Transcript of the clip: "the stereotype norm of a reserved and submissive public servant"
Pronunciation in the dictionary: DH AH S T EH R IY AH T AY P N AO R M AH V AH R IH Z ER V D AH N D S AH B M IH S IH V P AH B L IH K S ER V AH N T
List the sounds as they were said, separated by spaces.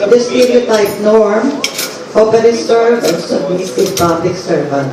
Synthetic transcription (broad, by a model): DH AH S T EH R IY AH T AY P N AO R M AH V AH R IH S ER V AH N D S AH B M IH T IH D P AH B L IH K S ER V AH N